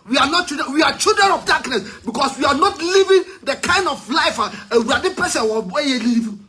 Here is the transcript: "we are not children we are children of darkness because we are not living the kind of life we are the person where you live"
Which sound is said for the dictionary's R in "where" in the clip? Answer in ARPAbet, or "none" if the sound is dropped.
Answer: W